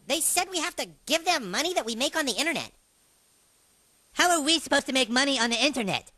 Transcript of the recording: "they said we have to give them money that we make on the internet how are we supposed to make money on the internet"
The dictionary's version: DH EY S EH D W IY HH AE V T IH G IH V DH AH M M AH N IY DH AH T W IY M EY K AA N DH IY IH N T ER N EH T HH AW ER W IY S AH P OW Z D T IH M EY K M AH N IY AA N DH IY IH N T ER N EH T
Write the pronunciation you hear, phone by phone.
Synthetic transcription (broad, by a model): DH EY S EH D W IY HH AE F T IH G IH V DH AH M M AH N IY DH AH T W IY M EY K N DH IY IH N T ER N EH T HH AW ER W IY S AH P OW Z T IH M EY K M AH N IY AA N DH IY IH N T ER N EH T